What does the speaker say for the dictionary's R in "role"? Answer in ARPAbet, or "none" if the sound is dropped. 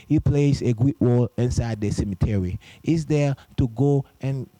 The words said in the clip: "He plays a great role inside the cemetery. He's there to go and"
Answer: W